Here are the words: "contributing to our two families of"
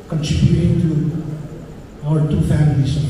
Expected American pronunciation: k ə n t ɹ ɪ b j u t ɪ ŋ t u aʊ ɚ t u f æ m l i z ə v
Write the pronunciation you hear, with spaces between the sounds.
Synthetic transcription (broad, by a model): k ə n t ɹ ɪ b j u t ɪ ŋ t u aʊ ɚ t u f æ m i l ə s